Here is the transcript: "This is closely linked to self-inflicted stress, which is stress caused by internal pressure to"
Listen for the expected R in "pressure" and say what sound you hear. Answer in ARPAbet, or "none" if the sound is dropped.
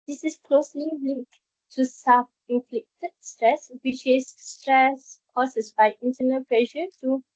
L